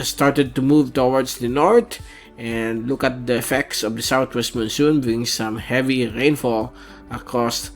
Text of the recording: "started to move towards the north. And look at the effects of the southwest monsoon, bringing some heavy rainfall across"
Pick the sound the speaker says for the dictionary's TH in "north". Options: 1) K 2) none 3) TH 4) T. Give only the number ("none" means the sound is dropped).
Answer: 4